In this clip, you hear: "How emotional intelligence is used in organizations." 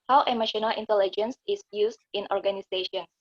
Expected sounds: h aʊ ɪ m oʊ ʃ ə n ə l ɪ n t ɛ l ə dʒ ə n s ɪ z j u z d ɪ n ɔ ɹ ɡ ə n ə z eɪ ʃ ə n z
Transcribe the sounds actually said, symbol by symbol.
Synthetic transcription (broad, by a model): h aʊ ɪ m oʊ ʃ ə n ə l ɪ n t ɛ l ə dʒ ə n s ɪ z j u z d ɪ n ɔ ɹ ɡ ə n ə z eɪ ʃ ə n